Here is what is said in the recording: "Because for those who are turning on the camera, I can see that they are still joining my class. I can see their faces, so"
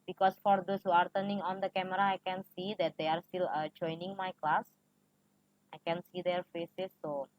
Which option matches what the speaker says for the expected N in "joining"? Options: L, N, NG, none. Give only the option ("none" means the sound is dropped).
N